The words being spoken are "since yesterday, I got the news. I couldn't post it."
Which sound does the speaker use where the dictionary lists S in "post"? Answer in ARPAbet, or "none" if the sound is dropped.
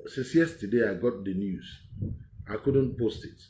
S